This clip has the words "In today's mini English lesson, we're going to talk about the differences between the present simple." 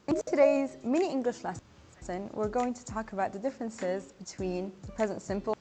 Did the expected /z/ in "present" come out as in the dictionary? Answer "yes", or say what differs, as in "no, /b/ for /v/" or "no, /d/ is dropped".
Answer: yes